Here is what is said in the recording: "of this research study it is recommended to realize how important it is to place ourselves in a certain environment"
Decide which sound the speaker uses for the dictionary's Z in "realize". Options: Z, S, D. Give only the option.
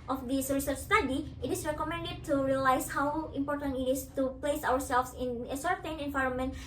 S